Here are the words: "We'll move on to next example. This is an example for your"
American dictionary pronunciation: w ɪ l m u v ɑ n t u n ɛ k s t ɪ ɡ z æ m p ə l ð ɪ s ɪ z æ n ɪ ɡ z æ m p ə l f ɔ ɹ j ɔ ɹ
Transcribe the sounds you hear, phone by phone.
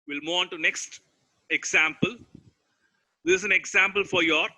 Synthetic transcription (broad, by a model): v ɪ l m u ɑ n t u n ɛ k s t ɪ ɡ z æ m p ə l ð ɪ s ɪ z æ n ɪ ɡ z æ m p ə l f ɔ ɹ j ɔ ɹ